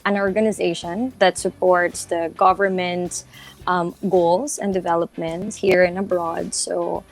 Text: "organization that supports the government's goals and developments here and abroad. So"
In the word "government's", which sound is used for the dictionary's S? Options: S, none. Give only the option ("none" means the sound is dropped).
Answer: none